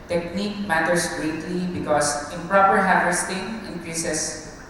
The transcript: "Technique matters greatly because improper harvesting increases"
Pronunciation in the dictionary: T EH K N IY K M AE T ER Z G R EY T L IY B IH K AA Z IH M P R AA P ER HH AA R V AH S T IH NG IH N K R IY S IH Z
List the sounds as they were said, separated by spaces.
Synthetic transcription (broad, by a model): T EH K N IY K M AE T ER S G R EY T L IY B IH K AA S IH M P R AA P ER HH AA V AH S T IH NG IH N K R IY S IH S